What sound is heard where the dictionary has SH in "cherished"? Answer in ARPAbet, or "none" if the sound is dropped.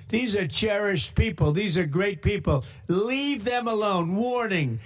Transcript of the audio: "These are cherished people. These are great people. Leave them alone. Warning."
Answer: SH